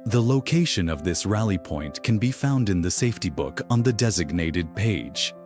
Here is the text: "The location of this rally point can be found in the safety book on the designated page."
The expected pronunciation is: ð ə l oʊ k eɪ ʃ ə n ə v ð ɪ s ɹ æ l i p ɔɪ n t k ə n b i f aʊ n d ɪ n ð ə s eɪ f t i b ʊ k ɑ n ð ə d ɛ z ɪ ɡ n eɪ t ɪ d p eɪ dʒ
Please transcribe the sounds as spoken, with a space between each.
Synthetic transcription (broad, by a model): ð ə l oʊ k eɪ ʃ ə n ə v ð ɪ s ɹ æ l i p ɔɪ n k ə n b i f aʊ n d ɪ n ð ə s eɪ f t i b ʊ k n ð ə d ɛ z ɪ ɡ n eɪ t ɪ d p eɪ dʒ